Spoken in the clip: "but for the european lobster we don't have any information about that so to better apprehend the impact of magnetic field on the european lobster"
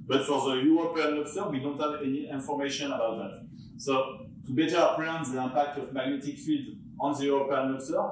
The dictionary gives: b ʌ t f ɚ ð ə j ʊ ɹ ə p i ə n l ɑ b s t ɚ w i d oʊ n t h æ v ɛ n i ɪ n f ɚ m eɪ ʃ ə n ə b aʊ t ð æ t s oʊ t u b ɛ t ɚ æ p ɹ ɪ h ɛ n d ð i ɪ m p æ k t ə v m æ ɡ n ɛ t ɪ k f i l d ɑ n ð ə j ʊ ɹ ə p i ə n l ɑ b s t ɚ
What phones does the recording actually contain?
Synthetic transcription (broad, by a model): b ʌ t f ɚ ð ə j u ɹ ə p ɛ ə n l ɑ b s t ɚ w i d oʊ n t h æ v ɛ n i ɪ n f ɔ m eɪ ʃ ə n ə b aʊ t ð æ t s oʊ t u b ɛ t ɚ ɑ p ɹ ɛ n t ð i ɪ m p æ k t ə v m æ ɡ n ɛ t ɪ k f i l d ɑ n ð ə j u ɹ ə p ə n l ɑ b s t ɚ